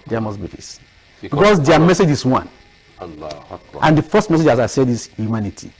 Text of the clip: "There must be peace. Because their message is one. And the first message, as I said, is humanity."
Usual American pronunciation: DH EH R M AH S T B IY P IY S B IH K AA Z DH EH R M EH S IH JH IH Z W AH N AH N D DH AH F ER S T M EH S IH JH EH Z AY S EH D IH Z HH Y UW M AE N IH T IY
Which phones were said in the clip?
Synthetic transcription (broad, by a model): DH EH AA M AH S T B IY F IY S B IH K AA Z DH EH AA M EH S IH JH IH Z W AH N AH N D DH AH F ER S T M EH S IH JH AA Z AY S EH D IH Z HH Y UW M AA N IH T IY